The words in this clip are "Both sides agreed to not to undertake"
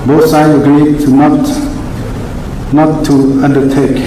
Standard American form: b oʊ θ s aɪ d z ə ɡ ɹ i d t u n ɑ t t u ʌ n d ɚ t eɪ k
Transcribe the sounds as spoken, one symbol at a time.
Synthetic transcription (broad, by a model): b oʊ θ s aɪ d ə ɡ ɹ i d t u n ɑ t t u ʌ n d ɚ t eɪ k